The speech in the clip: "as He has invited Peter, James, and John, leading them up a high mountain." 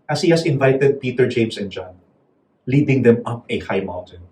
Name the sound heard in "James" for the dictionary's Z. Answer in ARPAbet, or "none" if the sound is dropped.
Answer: S